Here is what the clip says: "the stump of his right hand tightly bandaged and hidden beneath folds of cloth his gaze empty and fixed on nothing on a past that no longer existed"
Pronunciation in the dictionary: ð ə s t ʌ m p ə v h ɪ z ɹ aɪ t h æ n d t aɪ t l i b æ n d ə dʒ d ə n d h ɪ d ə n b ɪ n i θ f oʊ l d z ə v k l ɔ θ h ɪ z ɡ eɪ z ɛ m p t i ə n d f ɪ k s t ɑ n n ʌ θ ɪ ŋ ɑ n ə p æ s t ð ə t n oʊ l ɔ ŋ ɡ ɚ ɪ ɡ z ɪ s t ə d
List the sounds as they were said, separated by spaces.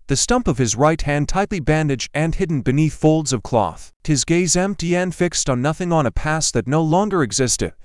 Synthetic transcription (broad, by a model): ð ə s t ʌ m p ə v ɪ z ɹ aɪ t h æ n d t aɪ t l i b æ n d ə dʒ d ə n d h ɪ d n b ɪ n i θ f oʊ l d z ə v k l ɔ θ h ɪ z ɡ eɪ z ɛ m p t i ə n f ɪ k s t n n ʌ θ ɪ ŋ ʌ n ə p æ s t ð ə t n oʊ l ɔ ŋ ɡ ɚ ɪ ɡ z ɪ s t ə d